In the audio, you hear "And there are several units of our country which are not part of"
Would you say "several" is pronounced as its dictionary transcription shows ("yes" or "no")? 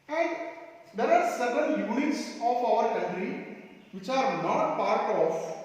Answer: no